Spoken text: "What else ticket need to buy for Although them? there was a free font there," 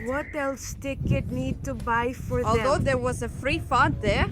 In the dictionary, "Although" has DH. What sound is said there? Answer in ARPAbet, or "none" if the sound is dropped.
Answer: none